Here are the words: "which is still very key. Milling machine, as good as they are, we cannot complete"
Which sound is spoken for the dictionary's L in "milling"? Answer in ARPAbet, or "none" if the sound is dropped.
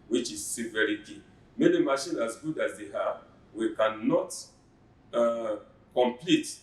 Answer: N